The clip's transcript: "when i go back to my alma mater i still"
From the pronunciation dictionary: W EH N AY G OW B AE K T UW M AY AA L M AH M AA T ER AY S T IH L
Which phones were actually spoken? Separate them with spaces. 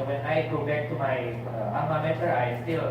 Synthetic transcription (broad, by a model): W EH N AY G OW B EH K T UW M AY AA M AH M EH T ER AY S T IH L